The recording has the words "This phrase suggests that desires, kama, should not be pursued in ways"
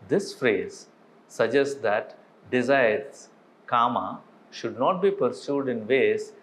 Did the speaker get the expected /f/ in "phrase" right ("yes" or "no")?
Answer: yes